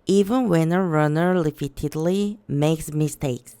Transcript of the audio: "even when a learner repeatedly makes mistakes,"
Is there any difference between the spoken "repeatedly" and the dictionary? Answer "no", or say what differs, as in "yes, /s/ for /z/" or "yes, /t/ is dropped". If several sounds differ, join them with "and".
yes, /l/ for /ɹ/